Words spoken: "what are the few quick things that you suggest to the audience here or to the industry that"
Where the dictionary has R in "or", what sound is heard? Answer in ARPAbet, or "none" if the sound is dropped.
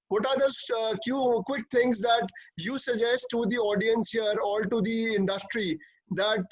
L